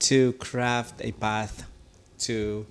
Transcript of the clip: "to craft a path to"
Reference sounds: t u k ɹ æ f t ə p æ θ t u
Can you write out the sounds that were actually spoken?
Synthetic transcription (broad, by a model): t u k ɹ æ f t ə b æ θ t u